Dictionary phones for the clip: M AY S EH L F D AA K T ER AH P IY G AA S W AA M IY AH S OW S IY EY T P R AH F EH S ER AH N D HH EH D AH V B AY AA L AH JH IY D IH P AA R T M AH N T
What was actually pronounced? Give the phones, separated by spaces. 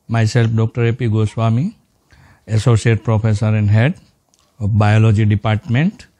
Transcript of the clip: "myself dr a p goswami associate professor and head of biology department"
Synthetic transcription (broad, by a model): M AY S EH L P D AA K T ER AH P IY G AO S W AA M IY AH S OW S IY EY T P R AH P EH S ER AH N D HH EH D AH P B AY AA L AH JH IY D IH P AA R T M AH N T